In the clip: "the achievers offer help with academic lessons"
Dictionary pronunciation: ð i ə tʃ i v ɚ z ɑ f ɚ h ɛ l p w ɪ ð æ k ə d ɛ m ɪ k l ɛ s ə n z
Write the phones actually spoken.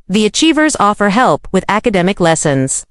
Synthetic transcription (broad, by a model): ð i ə tʃ i v ɚ z ɑ f ɚ h ɛ l p w ɪ ð æ k ə d ɛ m ɪ k l ɛ s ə n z